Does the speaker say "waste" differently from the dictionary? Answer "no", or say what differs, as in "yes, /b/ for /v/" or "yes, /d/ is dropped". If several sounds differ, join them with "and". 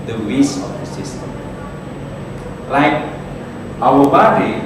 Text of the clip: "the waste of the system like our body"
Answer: yes, /t/ is dropped